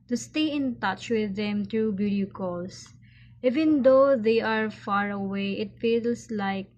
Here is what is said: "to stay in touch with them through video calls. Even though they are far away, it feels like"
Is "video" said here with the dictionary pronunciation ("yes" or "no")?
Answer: no